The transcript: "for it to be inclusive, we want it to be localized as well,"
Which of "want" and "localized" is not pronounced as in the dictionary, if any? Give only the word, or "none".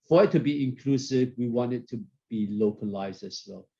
none